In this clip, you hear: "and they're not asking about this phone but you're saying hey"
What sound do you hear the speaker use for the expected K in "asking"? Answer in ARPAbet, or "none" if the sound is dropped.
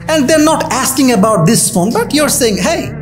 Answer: K